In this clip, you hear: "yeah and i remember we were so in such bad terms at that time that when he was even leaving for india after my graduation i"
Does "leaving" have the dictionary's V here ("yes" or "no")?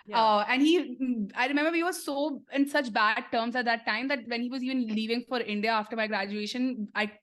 yes